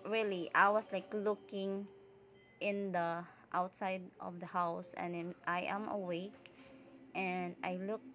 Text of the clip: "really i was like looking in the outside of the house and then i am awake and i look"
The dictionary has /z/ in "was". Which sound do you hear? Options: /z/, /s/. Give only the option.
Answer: /s/